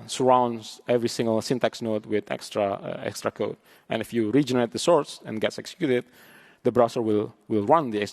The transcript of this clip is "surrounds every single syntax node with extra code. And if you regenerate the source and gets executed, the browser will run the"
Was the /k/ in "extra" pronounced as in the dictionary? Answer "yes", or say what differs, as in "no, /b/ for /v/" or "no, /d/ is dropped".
yes